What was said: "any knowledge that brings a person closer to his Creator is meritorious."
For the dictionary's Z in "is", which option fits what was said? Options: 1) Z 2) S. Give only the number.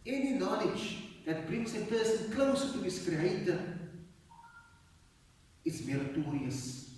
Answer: 2